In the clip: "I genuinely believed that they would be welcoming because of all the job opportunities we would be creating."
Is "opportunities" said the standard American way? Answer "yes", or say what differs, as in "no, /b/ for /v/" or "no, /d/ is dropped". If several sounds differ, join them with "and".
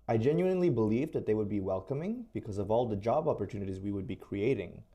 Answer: yes